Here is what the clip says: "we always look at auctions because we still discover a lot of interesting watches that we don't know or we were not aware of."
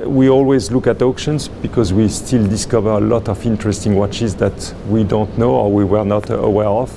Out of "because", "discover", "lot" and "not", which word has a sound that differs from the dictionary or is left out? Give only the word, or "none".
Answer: none